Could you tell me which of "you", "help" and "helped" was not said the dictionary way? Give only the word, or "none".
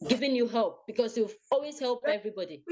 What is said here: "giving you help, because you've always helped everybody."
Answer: helped